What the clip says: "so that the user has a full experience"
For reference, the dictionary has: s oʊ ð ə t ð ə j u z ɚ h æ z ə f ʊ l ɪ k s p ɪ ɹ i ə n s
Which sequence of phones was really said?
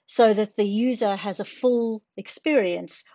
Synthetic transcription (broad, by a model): s oʊ ð ə t ð ə j u z ɚ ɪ z ə f ʊ l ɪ k s p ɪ ɹ i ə n s